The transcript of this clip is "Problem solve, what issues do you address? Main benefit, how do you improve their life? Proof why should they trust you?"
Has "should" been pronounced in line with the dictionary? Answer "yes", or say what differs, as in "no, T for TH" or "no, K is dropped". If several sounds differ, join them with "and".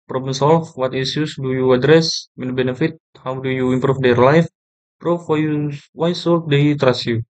no, S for SH